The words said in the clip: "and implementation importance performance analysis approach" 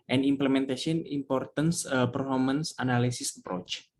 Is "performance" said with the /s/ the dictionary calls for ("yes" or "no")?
yes